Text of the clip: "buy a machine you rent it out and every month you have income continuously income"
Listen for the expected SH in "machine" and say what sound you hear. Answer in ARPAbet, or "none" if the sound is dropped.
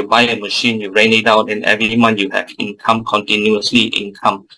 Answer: SH